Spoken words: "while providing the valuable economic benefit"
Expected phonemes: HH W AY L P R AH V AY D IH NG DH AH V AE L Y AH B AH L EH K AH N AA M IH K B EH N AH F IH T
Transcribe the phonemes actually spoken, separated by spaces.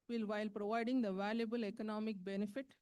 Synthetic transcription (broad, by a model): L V AY L P R AH V AY D IH NG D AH V AE L Y AH B AH L EH K AH N AA M IH K B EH N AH F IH T